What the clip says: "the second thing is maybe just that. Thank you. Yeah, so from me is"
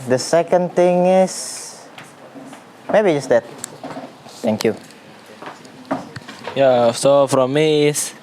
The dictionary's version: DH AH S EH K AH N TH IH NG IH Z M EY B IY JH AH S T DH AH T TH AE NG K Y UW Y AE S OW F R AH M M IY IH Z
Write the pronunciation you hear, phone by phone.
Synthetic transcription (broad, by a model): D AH S EH K AH N T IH NG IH S M EY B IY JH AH S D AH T T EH NG K Y UW Y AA S OW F R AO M M IY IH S